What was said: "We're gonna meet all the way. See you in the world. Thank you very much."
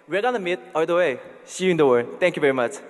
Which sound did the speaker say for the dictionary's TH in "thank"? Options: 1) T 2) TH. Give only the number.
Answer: 1